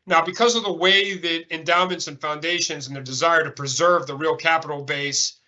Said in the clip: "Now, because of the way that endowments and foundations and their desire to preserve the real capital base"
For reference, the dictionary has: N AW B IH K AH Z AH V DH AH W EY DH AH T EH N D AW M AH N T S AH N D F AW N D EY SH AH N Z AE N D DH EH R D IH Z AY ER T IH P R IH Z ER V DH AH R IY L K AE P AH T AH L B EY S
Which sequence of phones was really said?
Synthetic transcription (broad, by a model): N AW B IH K AH Z AH V DH AH W EY DH AH T EH N D AW M AH N T S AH N F AW N D EY SH AH N Z N DH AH R D IH Z AY ER T IH P R IH Z ER V DH AH R IY L K AE P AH T L B EY S